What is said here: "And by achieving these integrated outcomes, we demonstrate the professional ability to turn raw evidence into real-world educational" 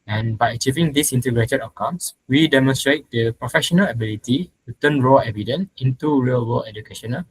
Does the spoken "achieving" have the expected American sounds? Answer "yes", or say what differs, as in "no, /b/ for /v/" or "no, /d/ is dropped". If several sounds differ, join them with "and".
yes